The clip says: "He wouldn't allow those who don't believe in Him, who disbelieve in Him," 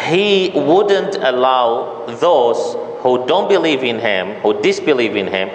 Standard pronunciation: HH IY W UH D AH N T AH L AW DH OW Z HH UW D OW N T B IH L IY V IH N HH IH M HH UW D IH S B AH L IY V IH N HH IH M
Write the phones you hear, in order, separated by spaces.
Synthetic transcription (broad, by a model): HH IY W UH D AH N T AH L AW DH OW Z HH UW D OW N T B IH L IY V IH N HH IH M HH UW D IH S B AH L IY V IH N HH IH M